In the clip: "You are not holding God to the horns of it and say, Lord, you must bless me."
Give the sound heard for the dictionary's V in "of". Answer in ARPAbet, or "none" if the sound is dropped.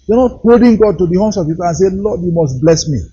P